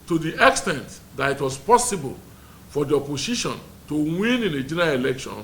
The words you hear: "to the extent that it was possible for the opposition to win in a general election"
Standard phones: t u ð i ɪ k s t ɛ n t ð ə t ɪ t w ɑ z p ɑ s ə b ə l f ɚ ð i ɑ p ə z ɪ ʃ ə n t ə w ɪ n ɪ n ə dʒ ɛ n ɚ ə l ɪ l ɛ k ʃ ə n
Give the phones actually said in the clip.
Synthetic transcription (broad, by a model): t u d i ɪ k s t ɛ n t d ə t ɪ t w ɑ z p ɑ s ə b ə l f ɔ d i ɑ p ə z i ʃ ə n t ə w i n ɪ n ə dʒ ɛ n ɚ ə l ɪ l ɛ k ʃ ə n